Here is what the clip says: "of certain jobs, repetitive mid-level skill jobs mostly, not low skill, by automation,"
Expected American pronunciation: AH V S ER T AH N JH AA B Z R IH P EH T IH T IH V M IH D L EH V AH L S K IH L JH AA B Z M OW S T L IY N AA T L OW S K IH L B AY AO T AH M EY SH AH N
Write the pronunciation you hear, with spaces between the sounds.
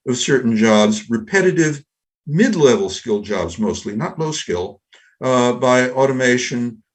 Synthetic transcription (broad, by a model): AH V S ER T N JH AA B Z R IH P EH T IH T IH V M IH D L EH V L S K IH L JH AA B Z M OW S T L IY N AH T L OW S K IH L B AY AO T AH M EY SH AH N